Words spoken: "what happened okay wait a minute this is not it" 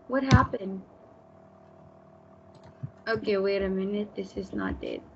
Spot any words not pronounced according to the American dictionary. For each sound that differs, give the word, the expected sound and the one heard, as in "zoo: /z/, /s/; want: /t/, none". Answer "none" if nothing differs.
none